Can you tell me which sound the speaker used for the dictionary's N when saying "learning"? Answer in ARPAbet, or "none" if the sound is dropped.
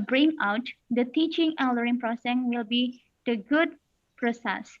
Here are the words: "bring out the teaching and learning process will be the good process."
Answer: none